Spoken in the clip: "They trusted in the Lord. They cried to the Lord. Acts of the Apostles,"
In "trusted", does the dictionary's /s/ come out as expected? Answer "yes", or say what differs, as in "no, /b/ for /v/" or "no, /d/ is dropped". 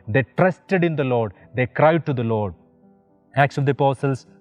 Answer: yes